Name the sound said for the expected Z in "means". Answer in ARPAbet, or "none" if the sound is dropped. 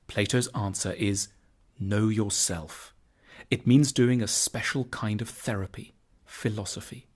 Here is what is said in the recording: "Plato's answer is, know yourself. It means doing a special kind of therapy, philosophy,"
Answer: Z